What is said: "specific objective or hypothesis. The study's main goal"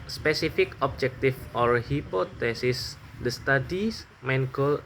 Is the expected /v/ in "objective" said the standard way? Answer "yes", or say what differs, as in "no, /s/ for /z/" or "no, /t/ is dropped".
no, /f/ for /v/